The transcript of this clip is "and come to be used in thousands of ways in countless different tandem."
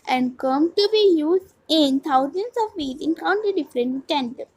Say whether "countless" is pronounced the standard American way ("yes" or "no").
no